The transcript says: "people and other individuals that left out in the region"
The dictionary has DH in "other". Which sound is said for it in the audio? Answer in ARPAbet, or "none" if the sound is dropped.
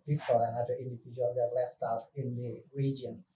none